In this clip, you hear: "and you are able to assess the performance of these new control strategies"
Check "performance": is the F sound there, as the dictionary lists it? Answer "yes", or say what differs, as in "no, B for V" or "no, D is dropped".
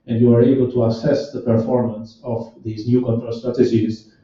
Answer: yes